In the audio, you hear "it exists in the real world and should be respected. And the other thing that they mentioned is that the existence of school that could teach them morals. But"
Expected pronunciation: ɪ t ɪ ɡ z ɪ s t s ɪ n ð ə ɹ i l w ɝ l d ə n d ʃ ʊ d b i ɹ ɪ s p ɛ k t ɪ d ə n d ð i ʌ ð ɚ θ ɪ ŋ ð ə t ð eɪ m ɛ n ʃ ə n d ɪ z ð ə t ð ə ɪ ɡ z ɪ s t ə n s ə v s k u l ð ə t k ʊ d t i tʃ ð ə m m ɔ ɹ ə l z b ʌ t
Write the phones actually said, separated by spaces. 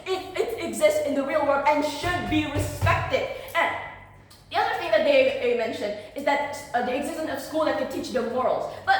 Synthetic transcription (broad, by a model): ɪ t ɪ ɡ z ɪ s t s ɪ n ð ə ɹ i l w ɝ d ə n ʃ ʊ d b i ɹ ɪ s p ɛ k t ɪ d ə n ð i ʌ ð ɚ θ ɪ ŋ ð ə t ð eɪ m ɛ n ʃ ə n d ɪ z ð ə t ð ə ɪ ɡ z ɪ s t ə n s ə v s k u l ð ə t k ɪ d t i tʃ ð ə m m ɔ ɹ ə l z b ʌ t